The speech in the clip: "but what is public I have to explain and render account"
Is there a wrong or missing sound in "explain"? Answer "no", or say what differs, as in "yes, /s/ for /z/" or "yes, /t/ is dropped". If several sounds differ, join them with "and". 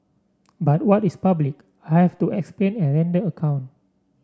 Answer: no